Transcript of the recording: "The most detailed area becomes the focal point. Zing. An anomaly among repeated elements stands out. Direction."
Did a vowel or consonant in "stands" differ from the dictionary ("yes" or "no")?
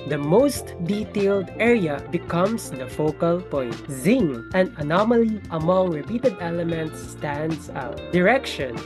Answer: yes